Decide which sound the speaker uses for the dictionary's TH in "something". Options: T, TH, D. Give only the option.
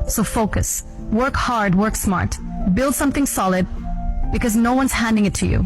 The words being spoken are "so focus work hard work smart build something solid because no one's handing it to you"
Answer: TH